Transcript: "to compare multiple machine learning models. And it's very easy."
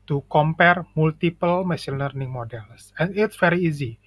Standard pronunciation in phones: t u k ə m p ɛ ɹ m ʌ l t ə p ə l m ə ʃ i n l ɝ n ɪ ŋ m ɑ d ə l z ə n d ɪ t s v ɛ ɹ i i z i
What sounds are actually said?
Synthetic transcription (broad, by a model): t u k ə m p ɛ ɹ m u l t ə p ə l m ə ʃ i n l ɝ n ɪ ŋ m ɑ d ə l s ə n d ɪ t s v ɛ ɹ i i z i